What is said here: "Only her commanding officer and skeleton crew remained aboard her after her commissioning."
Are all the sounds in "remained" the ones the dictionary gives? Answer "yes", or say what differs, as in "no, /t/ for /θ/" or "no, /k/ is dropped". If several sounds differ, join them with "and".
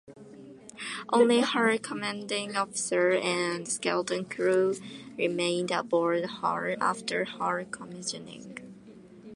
yes